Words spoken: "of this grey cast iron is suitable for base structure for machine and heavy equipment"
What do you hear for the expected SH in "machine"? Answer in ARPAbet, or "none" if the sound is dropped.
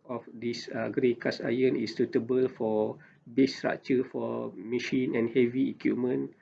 SH